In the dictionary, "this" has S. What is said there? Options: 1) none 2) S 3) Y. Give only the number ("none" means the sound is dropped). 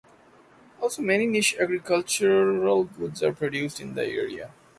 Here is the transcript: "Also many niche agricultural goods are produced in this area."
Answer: 1